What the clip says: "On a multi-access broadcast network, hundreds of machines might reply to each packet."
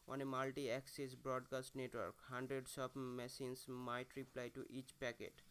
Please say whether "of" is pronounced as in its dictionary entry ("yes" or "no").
no